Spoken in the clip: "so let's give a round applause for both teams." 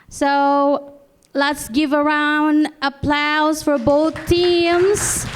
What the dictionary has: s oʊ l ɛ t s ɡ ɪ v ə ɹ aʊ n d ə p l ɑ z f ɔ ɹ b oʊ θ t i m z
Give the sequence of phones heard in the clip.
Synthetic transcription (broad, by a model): s oʊ l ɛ t s ɡ ɪ v ə ɹ aʊ n d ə p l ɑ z f ɔ ɹ b oʊ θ t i m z